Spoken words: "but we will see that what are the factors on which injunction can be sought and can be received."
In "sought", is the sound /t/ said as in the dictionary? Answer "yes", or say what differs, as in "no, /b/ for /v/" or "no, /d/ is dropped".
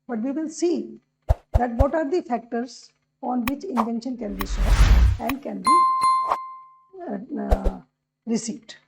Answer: no, /t/ is dropped